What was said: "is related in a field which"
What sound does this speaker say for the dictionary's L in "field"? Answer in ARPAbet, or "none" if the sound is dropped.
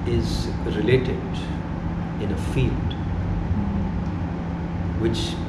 L